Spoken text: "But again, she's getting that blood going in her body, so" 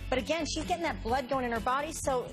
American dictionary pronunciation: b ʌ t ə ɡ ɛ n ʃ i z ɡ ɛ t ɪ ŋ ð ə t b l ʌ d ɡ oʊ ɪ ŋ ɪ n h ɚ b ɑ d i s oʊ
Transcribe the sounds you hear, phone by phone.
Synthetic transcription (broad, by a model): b ʌ t ə ɡ ɛ n ʃ i z ɡ ɛ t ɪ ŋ ð ə t b l ʌ d ɡ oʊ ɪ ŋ ɪ n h ɚ b ɑ d i s oʊ